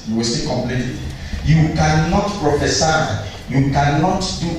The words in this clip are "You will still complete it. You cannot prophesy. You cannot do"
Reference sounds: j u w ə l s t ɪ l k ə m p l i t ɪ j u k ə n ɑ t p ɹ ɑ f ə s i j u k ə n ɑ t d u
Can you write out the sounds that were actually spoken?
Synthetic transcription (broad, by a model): j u w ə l s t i k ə m p l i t ɪ j u k ə n ɑ t p ɹ ɑ f ə s i j u k ə n ɑ t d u